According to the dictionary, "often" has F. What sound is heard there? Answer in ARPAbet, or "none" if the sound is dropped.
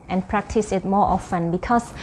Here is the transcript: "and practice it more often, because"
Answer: F